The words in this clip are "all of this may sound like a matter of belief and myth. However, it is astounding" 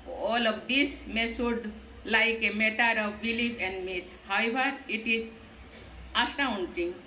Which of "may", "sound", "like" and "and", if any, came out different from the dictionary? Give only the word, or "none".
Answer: sound